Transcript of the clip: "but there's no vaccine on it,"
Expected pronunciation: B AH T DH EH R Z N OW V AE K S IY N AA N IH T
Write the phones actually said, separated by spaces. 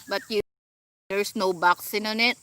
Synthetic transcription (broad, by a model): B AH T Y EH R S N OW B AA K S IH N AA N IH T